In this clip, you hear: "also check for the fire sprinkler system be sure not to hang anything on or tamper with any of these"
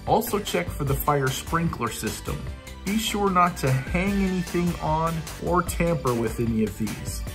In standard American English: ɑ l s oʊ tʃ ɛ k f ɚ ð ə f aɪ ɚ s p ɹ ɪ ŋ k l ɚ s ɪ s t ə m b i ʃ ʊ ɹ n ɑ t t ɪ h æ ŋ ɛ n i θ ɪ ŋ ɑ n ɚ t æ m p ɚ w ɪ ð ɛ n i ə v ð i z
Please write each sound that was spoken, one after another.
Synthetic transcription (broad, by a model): ɑ l s oʊ tʃ ɛ k f ɚ ð ə f aɪ ɚ s p ɹ ɪ ŋ k l ɚ s ɪ s t ə m b i ʃ ʊ ɹ n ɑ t t ɪ h æ ŋ ɛ n i θ ɪ ŋ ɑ n ɚ t æ m p ɚ w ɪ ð ɛ n i ə v ð i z